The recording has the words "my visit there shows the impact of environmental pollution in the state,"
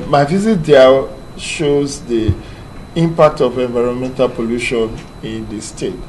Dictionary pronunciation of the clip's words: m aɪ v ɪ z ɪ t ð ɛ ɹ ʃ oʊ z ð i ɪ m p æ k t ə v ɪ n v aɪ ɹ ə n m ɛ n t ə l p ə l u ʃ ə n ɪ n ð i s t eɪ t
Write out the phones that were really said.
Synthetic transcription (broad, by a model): m aɪ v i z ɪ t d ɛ l ʃ oʊ z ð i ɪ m p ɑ k t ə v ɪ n v aɪ ɹ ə n m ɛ n t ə l p ə l u ʃ ə n ɪ n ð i s t eɪ t